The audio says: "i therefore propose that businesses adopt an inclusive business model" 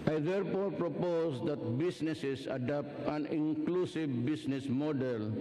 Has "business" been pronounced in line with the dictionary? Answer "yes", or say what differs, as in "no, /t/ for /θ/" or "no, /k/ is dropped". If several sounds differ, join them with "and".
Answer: no, /s/ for /z/